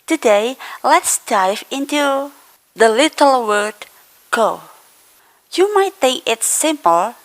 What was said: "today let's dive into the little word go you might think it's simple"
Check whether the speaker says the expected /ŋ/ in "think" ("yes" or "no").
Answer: no